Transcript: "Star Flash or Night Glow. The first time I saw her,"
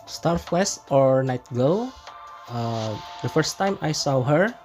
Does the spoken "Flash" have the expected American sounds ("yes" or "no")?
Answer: no